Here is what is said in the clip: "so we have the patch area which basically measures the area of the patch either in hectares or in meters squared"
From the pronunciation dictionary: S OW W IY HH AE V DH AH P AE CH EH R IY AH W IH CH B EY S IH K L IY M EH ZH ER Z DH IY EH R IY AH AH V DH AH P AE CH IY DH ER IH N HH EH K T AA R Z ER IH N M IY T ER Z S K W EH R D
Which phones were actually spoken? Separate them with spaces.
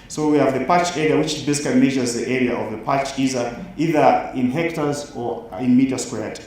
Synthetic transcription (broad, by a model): S OW W IY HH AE V DH AH P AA CH EH R IY AH W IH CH B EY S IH K L IY M EH ZH ER Z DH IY EH R IY AH AH V DH AH P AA CH IY DH ER IH N HH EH K T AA R Z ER IH N M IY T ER S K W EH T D